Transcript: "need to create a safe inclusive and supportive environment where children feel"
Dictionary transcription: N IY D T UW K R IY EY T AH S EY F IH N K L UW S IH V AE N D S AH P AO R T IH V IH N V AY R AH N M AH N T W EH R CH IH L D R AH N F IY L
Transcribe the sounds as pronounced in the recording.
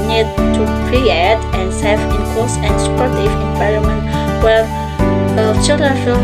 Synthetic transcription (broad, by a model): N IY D T UW K R IY EY T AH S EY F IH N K AO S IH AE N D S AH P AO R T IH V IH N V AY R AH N M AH N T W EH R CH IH L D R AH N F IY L